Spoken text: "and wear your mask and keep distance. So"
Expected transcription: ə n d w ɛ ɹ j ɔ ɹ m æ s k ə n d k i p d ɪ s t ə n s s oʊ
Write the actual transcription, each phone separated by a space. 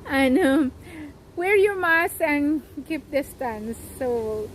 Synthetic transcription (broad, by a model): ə n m w ɛ ɹ j ɔ ɹ m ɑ s ə n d k i p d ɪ s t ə n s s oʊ